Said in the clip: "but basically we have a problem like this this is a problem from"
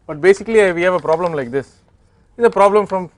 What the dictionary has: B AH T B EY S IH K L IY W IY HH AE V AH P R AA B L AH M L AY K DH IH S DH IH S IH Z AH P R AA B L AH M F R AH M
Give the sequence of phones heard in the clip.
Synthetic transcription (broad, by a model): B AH T B EY S IH K L IY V IY HH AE V AH P R AA B L AH M L AY K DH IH S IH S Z AH P R AA B L AH M F R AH M